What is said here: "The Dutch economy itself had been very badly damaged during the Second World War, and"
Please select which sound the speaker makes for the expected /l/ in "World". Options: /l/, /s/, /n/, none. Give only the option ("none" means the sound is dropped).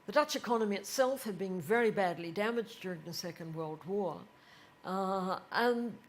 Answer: /l/